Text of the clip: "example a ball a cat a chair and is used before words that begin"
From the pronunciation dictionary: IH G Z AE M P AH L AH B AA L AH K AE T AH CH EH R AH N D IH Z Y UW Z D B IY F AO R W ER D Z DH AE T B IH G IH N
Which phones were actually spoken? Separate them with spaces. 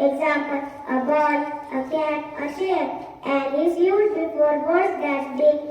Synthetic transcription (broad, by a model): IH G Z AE M P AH L AH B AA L AH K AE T AH SH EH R AH N D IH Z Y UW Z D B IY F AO R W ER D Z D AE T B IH